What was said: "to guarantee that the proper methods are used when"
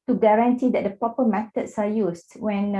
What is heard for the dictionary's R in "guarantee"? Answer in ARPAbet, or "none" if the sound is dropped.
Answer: R